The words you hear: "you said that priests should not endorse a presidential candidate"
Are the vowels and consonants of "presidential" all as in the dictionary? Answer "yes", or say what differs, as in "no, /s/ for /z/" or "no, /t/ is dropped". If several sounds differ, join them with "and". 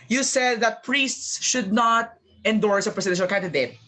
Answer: no, /s/ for /z/ and /n/ is dropped